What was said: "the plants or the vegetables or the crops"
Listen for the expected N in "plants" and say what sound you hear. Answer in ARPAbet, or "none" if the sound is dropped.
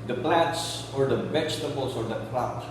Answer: none